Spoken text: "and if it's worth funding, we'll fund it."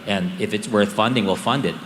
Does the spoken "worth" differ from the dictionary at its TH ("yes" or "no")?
no